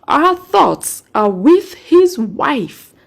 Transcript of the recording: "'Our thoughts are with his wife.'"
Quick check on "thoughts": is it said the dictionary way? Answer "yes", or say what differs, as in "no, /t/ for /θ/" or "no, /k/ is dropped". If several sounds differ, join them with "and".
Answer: yes